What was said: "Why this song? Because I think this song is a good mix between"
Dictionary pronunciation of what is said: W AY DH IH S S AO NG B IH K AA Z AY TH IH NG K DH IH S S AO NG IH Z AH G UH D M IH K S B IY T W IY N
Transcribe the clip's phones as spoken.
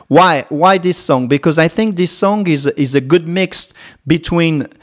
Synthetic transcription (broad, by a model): W AY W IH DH S AO NG B IH K AA Z AY TH IH NG K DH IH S S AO NG IH Z AH G UH D M IH K S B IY T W IY N